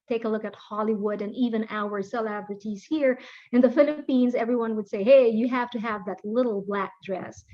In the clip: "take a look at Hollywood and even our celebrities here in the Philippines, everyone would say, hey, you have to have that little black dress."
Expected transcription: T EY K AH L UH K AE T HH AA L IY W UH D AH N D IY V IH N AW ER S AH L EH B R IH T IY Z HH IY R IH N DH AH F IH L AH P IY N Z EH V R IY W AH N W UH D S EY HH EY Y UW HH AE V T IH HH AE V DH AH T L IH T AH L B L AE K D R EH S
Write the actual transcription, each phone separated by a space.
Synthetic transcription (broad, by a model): T EY K AH L UH K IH T HH AA L IY W UH D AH N IY V IH N AW ER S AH L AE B R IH T IY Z HH IY R IH N DH AH F IH L AH P IY N Z EH V R IY W AH N W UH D S EY HH EY Y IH HH AE F T IH HH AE V DH AH T L IH T L B L AE K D R EH S